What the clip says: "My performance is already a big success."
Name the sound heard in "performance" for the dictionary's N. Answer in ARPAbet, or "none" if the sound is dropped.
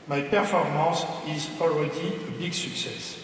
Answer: none